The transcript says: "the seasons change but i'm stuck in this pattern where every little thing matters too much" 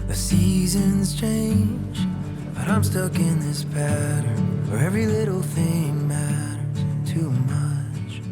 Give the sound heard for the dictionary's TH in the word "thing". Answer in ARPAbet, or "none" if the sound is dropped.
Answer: TH